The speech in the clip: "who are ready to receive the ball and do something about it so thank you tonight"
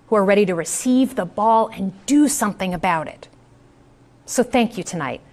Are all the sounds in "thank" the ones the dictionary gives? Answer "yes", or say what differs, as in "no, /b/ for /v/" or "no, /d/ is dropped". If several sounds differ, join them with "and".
yes